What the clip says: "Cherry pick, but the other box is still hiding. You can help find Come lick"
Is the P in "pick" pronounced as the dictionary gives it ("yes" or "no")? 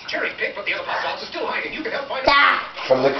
no